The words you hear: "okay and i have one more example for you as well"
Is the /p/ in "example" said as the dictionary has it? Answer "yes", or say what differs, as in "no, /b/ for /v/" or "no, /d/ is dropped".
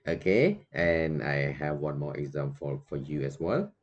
no, /f/ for /p/